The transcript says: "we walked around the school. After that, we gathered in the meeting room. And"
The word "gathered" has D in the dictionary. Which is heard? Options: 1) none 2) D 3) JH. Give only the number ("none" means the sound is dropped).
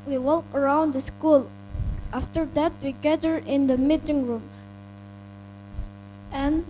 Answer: 1